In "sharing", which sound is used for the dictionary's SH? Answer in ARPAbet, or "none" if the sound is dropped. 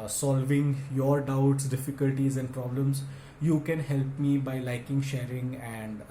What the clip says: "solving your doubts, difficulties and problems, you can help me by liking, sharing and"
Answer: SH